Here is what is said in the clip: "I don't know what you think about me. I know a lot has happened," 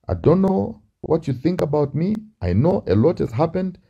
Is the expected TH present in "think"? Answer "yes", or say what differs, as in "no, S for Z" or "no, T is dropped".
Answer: yes